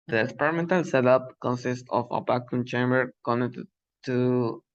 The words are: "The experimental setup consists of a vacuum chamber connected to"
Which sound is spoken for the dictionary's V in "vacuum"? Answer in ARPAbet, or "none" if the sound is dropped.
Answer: B